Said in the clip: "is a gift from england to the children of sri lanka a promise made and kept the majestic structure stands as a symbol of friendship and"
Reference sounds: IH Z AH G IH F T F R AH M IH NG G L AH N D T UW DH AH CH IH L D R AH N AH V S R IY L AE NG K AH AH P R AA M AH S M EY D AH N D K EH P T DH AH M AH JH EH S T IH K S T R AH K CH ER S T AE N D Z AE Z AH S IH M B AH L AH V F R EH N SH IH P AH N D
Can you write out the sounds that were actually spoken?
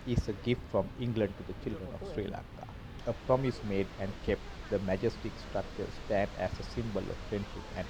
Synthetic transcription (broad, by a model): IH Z AH G IH F T F R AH M IH NG G L AH N D T UW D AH CH IH L D R AH N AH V S R IY L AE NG K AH AH P R AA M AH S M EY D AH N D K EH P T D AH M AH JH EH S T IH K S T R AH K CH ER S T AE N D AE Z AH S IH M B AH L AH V F R EH N SH IH P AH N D